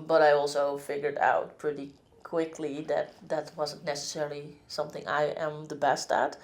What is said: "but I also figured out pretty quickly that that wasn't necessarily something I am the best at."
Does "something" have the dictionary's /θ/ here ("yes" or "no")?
yes